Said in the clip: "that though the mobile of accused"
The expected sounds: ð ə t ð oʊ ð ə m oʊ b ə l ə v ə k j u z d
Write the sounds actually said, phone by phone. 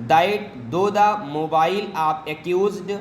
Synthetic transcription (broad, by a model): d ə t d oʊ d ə m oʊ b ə l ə p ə k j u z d